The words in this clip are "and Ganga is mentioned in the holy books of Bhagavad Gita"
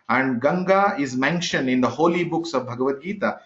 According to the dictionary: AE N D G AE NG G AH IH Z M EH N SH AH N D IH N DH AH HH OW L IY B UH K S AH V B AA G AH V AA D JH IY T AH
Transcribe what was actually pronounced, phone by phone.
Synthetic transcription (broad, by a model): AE N D G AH NG G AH IH Z M EH N SH AH N D IH N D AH HH OW L IY B UH K S AH V B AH G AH V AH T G IY T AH